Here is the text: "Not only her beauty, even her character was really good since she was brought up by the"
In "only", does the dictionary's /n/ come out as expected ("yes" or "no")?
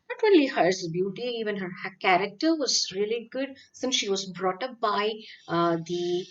no